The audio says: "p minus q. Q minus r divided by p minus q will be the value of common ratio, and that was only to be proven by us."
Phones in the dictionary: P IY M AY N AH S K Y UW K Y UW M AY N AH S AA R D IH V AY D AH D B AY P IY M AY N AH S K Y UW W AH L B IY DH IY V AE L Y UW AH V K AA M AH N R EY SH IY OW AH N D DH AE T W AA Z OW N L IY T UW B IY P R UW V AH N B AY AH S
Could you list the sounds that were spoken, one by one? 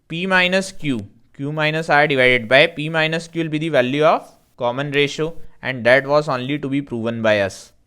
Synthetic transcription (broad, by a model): P IY M AY N AH S K Y UW K Y UW M AY N AH S AA R D IH V AY D AH D B AY P IY M AY N AH S K Y UW L B IY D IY V AE L Y UW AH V K AA M AH N R EY SH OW AH N D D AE T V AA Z OW N L IY T UW B IY P R UW V AH N B AY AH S